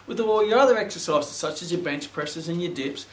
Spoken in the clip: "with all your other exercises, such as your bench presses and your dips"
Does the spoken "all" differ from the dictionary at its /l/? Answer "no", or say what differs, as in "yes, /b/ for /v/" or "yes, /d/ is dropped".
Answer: yes, /w/ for /l/